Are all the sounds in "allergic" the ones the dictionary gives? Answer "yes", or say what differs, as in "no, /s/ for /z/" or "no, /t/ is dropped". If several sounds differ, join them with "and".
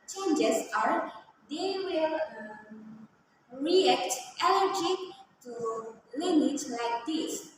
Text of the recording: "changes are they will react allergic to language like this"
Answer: no, /n/ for /l/